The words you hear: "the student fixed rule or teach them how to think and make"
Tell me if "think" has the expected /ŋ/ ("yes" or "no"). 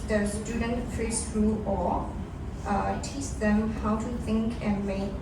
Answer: yes